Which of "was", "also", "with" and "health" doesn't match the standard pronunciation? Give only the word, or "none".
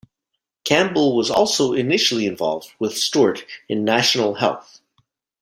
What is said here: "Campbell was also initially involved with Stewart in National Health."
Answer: none